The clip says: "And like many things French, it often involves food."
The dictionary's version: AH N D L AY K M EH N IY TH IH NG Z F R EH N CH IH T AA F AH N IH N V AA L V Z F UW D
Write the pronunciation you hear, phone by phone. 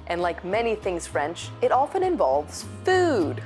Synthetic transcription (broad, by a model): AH N L AY K M EH N IY TH IH NG Z F R EH N CH IH T AA F AH N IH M V AA L V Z F UW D